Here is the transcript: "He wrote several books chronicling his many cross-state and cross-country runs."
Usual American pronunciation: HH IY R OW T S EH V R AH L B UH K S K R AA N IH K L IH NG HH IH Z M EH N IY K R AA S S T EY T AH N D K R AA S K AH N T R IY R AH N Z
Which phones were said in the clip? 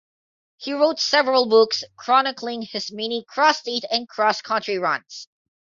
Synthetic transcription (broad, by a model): HH IY R OW T S EH V R AH L B UH K S K R AA N IH K L IH NG HH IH S M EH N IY K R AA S S T EY T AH N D K R AA S K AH N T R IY R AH N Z